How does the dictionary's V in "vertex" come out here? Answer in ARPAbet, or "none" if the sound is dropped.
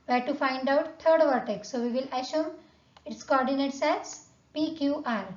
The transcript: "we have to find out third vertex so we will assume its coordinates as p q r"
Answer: V